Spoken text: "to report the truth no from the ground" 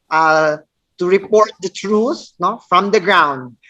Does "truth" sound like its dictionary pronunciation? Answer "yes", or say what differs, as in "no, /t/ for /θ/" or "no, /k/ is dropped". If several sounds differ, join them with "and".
no, /s/ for /θ/